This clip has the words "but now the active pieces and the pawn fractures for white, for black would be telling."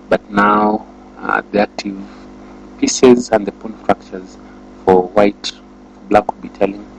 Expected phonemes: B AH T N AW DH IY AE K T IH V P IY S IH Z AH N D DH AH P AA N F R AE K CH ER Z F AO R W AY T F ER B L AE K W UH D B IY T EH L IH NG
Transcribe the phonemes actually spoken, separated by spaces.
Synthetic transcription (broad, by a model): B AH T N AW DH IY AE K T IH V P IY S IH Z AH N D DH AH P AA N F R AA K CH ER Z F AO R W AY T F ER B L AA K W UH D B IY T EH L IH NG